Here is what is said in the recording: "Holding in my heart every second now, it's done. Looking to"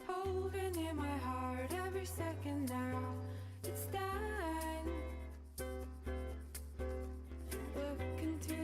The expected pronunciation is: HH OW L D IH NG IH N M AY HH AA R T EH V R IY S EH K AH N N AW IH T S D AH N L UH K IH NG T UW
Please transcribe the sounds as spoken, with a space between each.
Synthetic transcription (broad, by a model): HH OW L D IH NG IH N M AY HH AA R T EH V R IY S EH K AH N N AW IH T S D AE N L UH K IH NG T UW